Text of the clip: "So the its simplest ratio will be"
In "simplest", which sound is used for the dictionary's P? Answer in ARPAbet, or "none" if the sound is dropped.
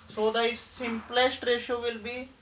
P